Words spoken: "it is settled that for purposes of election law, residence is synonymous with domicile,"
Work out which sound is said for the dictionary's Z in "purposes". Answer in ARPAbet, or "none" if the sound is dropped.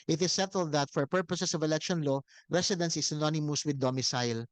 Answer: S